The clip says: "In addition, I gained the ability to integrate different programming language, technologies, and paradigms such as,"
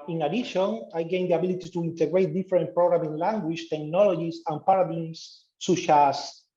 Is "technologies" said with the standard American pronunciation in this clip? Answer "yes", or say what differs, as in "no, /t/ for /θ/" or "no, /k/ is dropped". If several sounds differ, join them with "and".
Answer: no, /s/ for /z/